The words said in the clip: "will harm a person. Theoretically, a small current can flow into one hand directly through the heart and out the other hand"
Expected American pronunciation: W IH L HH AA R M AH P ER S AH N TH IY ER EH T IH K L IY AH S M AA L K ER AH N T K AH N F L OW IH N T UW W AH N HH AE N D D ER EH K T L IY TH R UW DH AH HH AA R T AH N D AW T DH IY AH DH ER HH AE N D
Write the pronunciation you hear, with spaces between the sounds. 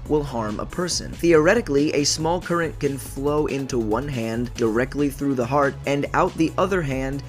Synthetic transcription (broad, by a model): W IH L HH AA R M AH P ER S AH N TH IY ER EH T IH K L IY AH S M AA L K ER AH N K AH N F L OW IH N T UW W AH N HH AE N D D ER EH K T L IY TH R UW DH AH HH AA R T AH N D AW T DH IY AH DH ER HH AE N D